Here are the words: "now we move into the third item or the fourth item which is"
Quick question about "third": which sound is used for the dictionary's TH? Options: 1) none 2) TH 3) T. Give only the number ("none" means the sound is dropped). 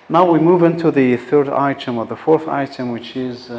2